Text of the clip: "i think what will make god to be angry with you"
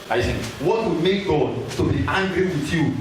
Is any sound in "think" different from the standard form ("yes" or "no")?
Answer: yes